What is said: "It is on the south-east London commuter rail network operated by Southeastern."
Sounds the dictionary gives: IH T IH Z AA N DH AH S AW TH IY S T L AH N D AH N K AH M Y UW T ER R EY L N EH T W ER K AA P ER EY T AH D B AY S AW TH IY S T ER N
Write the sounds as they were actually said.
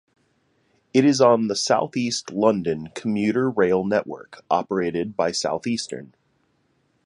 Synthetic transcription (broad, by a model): IH T IH Z N DH AH S AW TH IY S T L AH N D AH N K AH M Y UW T ER R EY L N EH T W ER K AA P ER EY T AH D B AY S AW TH IY S T ER N